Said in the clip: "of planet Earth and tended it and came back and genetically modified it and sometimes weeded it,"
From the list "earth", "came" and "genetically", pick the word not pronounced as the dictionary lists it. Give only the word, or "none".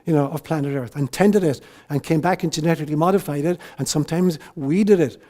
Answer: none